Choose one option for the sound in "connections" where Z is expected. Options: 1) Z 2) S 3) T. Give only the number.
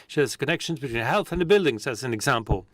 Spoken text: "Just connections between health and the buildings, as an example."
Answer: 1